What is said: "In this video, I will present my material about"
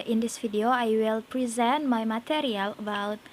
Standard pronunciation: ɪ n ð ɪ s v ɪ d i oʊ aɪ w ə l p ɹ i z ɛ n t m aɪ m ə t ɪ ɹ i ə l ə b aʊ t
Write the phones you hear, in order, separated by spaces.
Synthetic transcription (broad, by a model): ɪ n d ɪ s f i d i oʊ aɪ w ə l p ɹ i z ɛ n t m aɪ m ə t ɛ ɹ i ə l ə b aʊ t